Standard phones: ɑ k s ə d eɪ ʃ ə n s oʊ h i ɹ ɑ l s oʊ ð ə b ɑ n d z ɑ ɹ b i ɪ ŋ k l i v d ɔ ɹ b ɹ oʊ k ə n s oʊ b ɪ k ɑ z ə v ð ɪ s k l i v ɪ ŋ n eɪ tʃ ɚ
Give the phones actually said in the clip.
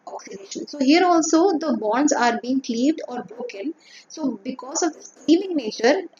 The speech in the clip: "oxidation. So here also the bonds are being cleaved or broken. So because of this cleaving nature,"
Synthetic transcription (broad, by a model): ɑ k s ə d eɪ ʃ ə n s oʊ h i ɹ ɑ l s oʊ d ə b ɑ n d z ɑ ɹ b i ɪ ŋ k l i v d ɔ ɹ b ɹ oʊ k ə n s oʊ b ɪ k ɑ z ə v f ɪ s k l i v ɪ ŋ n eɪ tʃ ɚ